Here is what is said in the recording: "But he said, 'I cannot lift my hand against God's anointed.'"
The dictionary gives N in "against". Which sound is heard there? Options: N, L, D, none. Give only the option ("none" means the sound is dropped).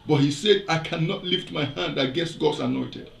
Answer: none